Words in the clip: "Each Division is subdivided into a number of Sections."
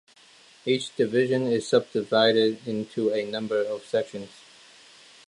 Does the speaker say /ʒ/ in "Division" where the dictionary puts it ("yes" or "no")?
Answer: yes